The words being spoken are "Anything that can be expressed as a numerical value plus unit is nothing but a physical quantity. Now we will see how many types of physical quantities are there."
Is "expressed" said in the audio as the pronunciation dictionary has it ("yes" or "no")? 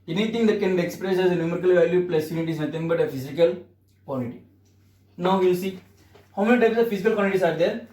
no